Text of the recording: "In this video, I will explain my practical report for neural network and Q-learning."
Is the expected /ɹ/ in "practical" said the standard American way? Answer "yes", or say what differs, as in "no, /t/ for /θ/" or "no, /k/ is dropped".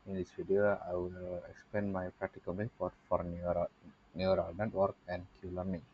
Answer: yes